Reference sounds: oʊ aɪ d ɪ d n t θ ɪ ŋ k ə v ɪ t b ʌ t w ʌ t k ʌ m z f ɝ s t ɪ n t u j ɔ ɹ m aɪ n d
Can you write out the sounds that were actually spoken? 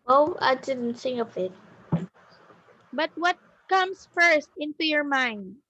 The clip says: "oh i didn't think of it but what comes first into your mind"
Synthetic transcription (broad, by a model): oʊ aɪ d ɪ d n t s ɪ ŋ ə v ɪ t b ʌ t w ʌ t k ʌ m s f ɝ s t ɪ n t u j ɔ ɹ m aɪ n d